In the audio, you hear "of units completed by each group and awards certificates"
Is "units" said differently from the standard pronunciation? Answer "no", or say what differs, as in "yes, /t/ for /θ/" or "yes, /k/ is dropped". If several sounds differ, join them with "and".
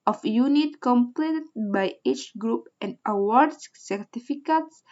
yes, /s/ is dropped